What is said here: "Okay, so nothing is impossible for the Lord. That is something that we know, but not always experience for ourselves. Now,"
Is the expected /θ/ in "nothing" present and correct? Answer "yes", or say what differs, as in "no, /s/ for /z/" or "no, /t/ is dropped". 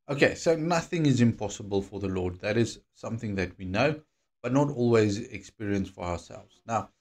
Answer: yes